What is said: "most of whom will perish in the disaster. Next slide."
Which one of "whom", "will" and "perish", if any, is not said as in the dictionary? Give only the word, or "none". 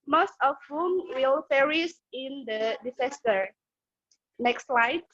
perish